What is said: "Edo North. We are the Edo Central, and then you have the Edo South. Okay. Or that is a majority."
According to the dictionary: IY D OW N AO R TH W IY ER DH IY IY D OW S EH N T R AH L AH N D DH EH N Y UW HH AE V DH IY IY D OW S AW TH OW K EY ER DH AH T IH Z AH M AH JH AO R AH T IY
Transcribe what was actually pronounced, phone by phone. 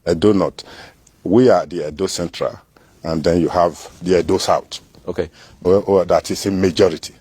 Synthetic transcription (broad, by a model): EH D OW N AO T W IY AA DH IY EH D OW S EH N T R AH L AH N D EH N Y UW HH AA V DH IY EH D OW S AW T OW K EY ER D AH T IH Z AH M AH JH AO R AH T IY